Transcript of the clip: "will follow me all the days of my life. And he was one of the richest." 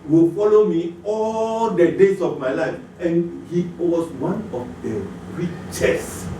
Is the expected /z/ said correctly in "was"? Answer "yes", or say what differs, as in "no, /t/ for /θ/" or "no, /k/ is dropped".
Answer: no, /s/ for /z/